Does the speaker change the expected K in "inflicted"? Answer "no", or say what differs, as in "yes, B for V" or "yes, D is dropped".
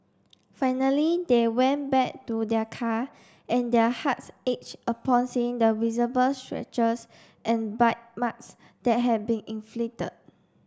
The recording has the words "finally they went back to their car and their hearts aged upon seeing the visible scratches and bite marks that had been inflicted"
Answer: yes, K is dropped